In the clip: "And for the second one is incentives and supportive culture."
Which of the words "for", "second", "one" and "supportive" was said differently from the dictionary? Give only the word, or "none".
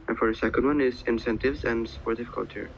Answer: supportive